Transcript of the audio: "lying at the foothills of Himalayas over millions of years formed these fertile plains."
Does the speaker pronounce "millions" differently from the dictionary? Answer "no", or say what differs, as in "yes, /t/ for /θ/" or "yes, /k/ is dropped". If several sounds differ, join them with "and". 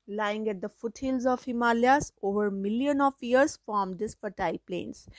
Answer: yes, /z/ is dropped